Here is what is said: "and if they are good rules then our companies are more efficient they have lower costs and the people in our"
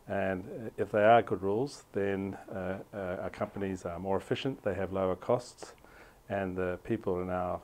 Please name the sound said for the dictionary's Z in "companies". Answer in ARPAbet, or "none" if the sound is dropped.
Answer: Z